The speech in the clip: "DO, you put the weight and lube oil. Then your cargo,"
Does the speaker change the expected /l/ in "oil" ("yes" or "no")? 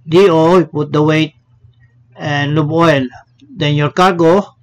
no